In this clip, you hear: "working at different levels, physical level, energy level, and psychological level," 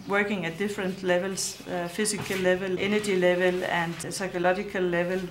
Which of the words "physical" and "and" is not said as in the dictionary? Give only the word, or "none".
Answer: physical